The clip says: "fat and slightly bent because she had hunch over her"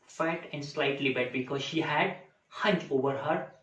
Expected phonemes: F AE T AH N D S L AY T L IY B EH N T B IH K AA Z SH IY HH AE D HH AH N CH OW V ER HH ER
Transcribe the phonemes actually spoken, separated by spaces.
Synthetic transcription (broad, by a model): F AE T AH N D S L AY T L IY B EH T B IH K AA Z SH IY HH AE D HH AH N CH OW V ER HH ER